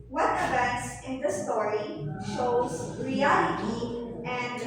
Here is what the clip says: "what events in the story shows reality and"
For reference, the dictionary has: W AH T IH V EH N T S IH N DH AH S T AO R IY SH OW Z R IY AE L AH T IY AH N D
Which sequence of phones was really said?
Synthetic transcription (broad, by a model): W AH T IH V EH N T S IH N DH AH S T AO R IY SH OW Z R IY AE L AH T IY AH N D